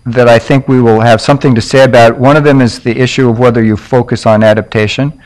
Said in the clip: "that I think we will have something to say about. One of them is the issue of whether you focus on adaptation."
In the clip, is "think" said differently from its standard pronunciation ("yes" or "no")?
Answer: no